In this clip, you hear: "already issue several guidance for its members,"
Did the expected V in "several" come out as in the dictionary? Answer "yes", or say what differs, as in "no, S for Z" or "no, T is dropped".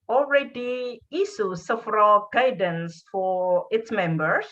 no, F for V